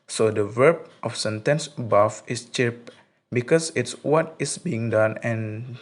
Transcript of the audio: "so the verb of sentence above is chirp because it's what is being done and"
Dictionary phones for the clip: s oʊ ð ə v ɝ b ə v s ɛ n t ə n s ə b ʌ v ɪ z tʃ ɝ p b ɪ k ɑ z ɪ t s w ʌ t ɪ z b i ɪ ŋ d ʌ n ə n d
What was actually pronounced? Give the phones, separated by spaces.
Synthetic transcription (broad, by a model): s oʊ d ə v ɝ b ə f s ɛ n t ə n s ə b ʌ f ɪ s tʃ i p b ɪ k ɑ s ɪ t s w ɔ t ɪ s b i ɪ ŋ d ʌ n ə n